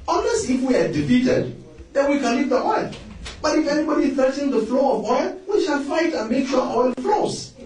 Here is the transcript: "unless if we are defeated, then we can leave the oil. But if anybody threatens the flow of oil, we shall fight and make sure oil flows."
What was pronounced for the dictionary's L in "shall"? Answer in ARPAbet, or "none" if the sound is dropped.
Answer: N